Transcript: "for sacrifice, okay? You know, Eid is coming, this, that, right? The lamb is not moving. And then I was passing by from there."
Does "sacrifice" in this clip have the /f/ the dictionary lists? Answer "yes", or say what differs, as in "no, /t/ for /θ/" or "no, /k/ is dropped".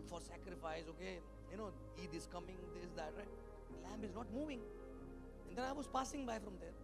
yes